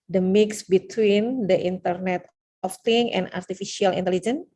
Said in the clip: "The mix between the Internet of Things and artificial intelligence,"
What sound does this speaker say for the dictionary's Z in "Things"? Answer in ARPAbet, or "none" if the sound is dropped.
none